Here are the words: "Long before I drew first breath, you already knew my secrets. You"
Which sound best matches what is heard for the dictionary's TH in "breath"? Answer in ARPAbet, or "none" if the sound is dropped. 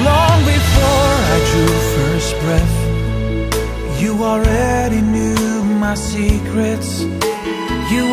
TH